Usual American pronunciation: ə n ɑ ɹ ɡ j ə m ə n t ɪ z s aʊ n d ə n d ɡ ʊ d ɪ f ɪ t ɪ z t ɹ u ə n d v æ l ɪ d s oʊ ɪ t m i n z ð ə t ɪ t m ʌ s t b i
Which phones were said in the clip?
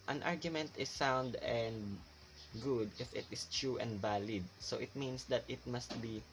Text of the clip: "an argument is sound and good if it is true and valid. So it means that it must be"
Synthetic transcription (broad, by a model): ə n ɑ ɹ ɡ j ə m ə n t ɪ s aʊ n d ə n d ɡ ʊ d ɪ f ɪ t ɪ s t ɹ u ə n d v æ l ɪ d s oʊ ɪ t m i n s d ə t ɪ t m ʌ s t b i